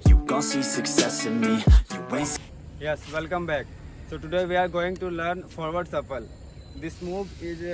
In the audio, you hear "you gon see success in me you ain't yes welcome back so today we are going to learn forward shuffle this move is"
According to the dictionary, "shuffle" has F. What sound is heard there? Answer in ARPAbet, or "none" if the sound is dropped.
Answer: P